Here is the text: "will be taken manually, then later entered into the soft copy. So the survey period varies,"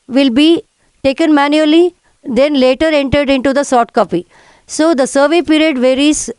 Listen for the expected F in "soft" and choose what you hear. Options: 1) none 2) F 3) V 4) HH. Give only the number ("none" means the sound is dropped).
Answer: 1